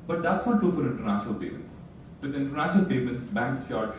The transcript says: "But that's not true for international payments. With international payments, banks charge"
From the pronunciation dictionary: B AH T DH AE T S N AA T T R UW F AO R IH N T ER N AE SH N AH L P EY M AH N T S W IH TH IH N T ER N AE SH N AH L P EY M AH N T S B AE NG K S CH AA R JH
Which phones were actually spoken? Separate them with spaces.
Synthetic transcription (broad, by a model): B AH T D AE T S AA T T UW F AO R IH N T ER N AE SH N AH L P EY M AH N T S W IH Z IH N T ER N AE SH N AH L P EY M AH N T S B AE NG K S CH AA R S